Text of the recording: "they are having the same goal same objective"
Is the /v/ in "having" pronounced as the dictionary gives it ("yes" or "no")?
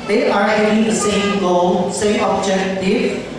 no